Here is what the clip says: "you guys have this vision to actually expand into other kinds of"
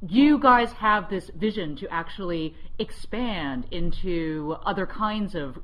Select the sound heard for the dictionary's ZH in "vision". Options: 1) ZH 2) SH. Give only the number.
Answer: 1